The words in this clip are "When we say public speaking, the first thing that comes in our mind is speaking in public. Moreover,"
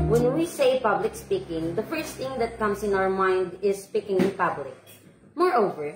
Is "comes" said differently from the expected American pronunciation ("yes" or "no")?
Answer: yes